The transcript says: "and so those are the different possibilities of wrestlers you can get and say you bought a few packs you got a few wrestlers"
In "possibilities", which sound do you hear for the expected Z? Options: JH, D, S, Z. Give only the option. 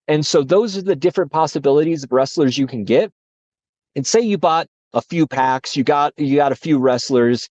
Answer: Z